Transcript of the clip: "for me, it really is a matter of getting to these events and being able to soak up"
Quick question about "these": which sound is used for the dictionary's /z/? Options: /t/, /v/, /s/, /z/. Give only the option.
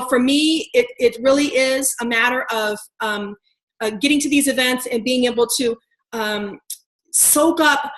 /z/